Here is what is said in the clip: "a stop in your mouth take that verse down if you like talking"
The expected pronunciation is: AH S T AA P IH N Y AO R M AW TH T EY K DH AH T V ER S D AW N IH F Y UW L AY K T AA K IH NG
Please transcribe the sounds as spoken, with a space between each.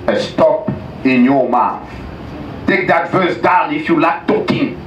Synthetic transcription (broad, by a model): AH S T AA P IH N Y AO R M AW TH T EY K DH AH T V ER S D AW N IH F Y UW L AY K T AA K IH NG